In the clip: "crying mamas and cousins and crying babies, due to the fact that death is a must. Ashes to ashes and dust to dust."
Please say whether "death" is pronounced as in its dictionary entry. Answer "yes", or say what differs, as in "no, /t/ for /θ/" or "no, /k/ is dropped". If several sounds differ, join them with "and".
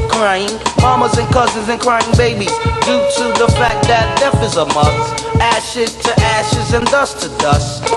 no, /f/ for /θ/